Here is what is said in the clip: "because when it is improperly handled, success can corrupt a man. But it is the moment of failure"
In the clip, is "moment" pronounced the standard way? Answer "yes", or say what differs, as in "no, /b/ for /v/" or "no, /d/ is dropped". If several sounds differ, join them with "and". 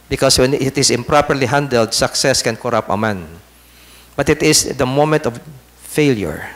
yes